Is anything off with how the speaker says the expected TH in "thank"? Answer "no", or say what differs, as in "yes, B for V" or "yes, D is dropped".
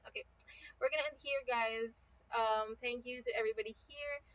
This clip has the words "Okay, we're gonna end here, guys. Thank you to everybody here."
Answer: no